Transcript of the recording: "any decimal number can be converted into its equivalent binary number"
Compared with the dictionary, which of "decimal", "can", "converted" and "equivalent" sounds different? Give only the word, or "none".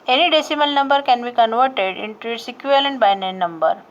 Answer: equivalent